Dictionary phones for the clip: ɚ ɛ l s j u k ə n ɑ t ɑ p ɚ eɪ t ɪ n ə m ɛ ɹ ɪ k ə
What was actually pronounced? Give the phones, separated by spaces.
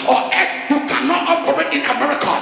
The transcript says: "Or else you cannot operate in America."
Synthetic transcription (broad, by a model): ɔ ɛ s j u k ə n ɑ t ɑ p ɚ eɪ t ɪ n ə m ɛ ɹ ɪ k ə